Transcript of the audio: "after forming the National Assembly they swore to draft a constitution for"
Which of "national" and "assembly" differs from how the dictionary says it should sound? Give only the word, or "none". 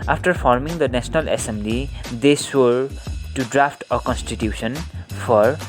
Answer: national